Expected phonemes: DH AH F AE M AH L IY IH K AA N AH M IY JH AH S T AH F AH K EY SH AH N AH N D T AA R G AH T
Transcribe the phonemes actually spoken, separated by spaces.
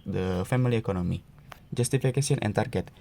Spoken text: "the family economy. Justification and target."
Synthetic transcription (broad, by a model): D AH F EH M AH L IY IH K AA N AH M IY JH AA S T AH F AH K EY S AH N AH N T AA R G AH T